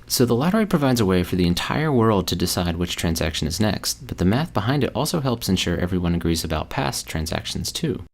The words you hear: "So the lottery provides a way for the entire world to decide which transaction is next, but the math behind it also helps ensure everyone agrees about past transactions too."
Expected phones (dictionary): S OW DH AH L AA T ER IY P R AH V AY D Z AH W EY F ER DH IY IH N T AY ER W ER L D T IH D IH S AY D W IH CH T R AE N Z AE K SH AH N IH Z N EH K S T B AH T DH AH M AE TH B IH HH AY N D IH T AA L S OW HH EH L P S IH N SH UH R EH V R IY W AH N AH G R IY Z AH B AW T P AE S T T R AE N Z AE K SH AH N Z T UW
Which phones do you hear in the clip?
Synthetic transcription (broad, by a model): S OW DH AH L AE T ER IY P R AH V AY D Z AH W EY F ER DH IY IH N T AY ER W ER L D T IH D IH S AY D W IH CH T R AE N Z AE K SH AH N IH Z N EH K S T B AH T DH AH M AE TH B IH HH AY N D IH T AA L S OW HH EH L P S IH N SH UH R EH V R IY W AH N AH G R IY Z AH B AW T P AE S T T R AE N Z AE K SH N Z T UW